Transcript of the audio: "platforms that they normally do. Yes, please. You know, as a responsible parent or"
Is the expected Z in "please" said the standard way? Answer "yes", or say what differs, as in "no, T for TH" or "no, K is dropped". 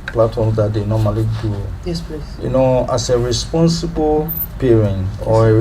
no, Z is dropped